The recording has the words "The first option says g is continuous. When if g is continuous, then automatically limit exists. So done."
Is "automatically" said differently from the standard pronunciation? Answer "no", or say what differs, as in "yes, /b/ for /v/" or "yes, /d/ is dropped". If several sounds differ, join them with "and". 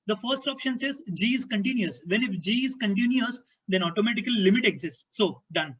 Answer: yes, /l/ is dropped